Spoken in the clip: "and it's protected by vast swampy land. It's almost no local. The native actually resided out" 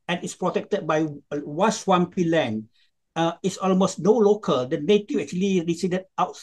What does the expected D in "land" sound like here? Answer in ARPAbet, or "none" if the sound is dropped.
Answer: none